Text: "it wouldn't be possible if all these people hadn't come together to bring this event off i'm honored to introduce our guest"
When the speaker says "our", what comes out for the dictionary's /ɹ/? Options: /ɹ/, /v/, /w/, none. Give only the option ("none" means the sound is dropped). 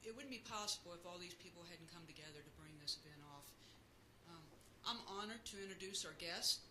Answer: /ɹ/